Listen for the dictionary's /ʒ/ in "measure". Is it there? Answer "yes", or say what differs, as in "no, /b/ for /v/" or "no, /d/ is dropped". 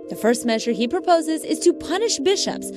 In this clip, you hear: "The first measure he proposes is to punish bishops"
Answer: yes